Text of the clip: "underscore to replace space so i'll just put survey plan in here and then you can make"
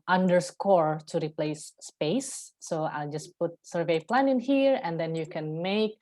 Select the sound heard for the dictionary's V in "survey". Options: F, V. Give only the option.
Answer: V